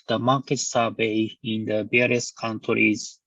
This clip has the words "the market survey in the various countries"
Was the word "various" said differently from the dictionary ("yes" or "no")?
yes